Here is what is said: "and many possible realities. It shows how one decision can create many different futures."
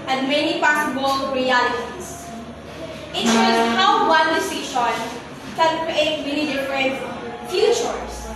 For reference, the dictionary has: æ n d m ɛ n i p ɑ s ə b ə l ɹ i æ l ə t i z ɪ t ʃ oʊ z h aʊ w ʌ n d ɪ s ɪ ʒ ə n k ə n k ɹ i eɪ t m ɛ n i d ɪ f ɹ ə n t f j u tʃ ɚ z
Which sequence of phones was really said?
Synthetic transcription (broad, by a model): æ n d m ɛ n i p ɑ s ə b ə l ɹ i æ l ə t i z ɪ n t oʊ h aʊ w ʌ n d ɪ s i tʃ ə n k ə n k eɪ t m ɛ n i d ɪ f ɹ ə n t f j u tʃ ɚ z